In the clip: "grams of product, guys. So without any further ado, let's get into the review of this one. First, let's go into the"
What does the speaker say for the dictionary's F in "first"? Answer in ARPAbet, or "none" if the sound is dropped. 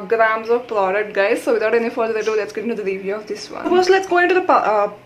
P